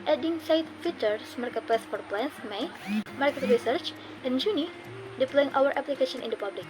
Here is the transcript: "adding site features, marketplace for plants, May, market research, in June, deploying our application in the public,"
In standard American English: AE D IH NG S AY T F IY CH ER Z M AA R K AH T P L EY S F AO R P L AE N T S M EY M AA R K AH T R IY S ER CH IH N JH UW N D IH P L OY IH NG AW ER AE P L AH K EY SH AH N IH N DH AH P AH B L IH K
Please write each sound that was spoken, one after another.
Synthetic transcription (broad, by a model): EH D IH NG S AY T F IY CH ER S M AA R K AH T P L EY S F AO R P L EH N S M EY M AA R K AH T R IY S ER CH IH N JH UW N D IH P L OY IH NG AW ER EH P L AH K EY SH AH N IH N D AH P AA B L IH K